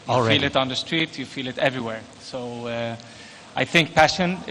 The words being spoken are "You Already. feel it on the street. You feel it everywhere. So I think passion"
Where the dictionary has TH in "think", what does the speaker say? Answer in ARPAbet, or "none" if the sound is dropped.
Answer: TH